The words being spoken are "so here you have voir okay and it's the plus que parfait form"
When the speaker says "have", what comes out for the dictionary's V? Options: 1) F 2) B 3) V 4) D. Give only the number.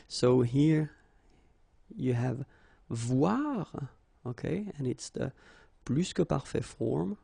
3